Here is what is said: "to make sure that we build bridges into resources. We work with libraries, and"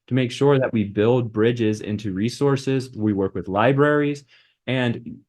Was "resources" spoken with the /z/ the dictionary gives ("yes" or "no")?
yes